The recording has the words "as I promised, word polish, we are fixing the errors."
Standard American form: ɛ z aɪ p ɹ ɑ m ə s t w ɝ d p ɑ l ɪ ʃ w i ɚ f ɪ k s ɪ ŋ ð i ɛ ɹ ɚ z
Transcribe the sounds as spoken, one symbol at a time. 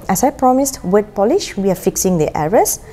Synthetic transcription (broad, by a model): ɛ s aɪ p ɹ ɑ m ə s t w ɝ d p ɑ l ɪ ʃ w i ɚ f ɪ k s ɪ ŋ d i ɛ ɹ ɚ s